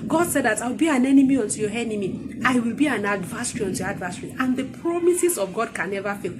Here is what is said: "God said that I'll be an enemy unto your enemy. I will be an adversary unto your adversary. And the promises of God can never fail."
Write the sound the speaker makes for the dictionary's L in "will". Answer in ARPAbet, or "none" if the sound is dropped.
L